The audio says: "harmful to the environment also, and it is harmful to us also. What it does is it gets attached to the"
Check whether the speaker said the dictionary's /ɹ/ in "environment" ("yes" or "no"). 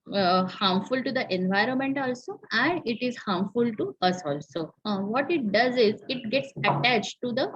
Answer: yes